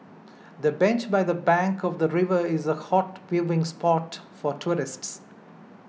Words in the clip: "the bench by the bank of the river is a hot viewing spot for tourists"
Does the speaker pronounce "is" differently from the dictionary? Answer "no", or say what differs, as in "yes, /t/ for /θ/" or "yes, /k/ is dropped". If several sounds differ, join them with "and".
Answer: no